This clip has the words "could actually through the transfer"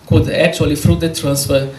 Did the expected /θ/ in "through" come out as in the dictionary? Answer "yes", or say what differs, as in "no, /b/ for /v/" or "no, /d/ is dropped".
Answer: no, /f/ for /θ/